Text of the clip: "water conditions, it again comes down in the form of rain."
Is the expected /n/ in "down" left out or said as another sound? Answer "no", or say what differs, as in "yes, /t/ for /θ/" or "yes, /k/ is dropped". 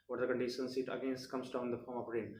yes, /n/ is dropped